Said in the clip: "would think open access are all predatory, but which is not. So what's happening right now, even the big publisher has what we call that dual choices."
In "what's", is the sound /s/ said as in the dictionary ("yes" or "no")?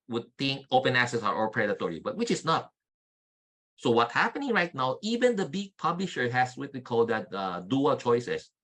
no